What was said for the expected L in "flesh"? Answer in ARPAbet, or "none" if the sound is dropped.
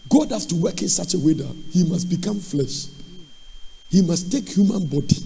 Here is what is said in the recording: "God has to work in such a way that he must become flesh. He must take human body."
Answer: L